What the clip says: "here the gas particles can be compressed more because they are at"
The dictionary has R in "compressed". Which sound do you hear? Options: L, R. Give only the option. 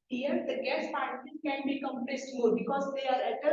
L